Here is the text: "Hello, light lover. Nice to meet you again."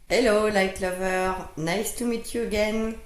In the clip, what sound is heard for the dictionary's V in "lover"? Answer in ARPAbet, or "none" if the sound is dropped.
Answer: V